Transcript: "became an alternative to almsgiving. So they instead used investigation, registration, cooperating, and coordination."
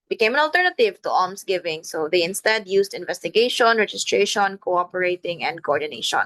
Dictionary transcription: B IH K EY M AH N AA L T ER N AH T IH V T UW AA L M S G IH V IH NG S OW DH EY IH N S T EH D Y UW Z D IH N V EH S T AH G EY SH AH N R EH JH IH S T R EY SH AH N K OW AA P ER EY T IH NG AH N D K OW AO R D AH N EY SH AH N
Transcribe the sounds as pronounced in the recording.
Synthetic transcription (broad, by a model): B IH K EY M AH N AA L T ER N AH T IH V T UW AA M S G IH V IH NG S OW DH EY IH N S T EH D Y UW S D IH N V EH S T AH G EY SH AH N R EH JH IH S T R EY SH AH N K OW AA P ER EY T IH NG AH N D K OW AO R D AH N EY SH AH N